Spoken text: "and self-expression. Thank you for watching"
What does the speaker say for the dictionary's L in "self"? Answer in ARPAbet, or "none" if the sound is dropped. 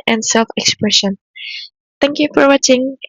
L